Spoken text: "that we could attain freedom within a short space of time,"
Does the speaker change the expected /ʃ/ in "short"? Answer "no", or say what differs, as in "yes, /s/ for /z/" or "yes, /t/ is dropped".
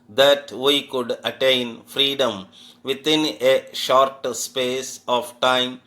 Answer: no